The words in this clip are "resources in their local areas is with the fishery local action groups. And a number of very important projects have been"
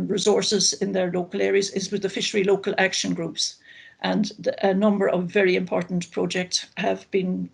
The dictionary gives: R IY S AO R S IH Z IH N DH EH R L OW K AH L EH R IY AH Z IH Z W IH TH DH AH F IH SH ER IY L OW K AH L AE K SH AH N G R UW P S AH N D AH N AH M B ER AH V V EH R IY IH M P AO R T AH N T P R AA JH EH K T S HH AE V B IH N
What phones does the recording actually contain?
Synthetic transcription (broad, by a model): R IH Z AO R S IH Z IH N DH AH R L OW K AH L EH R IY AH Z IH Z W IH DH AH F IH SH ER IY L OW K AH L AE K SH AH N G R UW P S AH N AH N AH M B ER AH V V EH R IY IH M P AO R T N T P R AA JH EH K T S HH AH V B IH N